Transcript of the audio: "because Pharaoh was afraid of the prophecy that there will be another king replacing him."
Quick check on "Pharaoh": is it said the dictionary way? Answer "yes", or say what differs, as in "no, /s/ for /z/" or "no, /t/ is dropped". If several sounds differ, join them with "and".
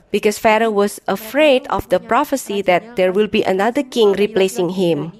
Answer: yes